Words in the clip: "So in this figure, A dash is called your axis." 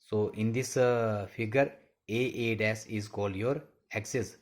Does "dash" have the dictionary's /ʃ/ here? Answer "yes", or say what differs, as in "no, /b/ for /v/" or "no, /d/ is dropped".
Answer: no, /s/ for /ʃ/